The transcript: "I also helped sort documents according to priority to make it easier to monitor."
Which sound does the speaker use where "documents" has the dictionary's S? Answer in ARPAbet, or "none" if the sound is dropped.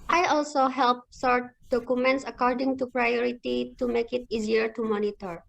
S